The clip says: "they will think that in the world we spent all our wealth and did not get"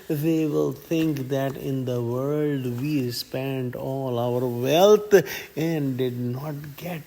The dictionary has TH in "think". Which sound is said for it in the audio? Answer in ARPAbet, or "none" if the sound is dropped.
T